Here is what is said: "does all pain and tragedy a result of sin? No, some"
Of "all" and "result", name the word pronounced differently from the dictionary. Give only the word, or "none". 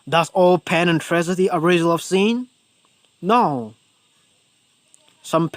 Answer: result